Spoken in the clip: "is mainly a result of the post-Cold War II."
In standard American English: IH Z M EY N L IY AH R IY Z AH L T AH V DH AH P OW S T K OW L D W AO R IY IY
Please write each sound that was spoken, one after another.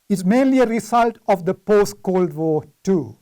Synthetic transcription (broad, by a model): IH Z M EY N L IY AH R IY S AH L T AH V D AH P OW S T K OW L D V AO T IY